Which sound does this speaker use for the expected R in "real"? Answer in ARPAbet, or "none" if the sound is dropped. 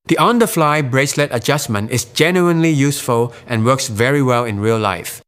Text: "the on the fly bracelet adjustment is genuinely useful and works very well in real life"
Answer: R